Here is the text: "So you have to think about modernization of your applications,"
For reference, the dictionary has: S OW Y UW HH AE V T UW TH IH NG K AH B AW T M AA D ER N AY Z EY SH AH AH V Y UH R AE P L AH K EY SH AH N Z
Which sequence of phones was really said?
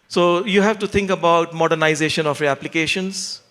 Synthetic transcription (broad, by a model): S OW Y UW HH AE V T UW T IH NG K AH B AW T M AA D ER N AY Z EY SH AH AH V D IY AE P L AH K EY SH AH N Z